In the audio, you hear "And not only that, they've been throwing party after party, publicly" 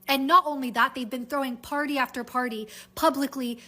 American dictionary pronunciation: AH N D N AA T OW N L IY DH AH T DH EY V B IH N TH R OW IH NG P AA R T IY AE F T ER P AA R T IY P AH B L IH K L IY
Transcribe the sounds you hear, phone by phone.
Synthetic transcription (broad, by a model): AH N N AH T OW N L IY DH AH T DH EY V B IH N TH R OW IH NG P AA R T IY AE F T ER P AA R T IY P AH B L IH K L IY